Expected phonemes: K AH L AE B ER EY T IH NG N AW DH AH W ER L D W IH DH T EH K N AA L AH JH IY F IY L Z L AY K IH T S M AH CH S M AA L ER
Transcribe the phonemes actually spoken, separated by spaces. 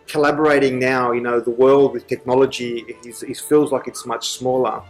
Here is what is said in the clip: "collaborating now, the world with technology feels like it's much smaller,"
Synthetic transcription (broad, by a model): K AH L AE B ER EY T IH NG N AW DH AH W ER L D W IH DH T EH K N AA L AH JH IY F IY L Z L AY K IH T S M AH CH S M AA L ER